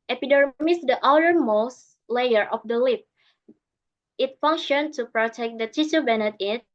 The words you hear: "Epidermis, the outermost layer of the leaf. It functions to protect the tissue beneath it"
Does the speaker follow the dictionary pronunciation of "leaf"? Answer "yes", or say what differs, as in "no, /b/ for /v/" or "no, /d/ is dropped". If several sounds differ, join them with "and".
no, /p/ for /f/